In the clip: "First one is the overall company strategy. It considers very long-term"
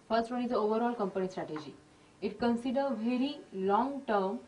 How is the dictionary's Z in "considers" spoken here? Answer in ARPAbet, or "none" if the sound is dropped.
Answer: none